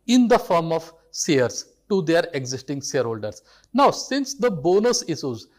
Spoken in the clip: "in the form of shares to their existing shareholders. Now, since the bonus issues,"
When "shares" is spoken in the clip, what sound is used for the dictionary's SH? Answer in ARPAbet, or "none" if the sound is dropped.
S